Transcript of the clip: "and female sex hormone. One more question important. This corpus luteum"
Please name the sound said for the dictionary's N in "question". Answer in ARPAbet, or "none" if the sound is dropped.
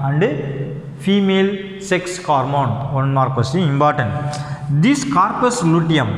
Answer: none